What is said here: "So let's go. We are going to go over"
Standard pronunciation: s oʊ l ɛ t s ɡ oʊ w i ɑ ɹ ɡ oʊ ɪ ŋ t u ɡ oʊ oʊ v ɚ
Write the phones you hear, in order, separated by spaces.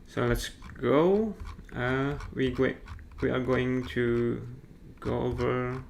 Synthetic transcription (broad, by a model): s oʊ l ɛ t s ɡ oʊ w i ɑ w ɡ oʊ ɪ ŋ t u ɡ oʊ oʊ v ɚ